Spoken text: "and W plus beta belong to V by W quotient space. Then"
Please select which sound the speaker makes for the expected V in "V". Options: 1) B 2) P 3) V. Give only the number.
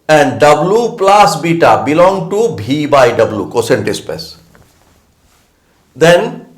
1